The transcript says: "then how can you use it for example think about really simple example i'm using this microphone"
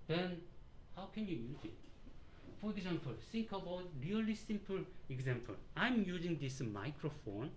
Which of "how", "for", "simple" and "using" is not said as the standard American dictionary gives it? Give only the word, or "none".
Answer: none